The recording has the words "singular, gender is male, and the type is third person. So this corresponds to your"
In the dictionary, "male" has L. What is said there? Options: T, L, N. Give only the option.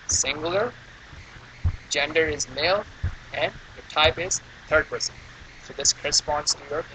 L